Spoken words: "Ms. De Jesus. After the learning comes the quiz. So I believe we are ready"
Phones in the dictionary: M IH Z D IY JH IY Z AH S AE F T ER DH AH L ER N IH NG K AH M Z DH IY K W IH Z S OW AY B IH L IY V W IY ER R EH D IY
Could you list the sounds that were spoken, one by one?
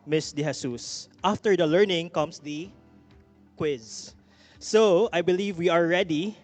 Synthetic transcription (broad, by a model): M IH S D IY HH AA S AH S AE F T ER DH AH L ER N IH NG K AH M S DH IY K W IH Z S OW AY B IH L IY V W IY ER R EH D IY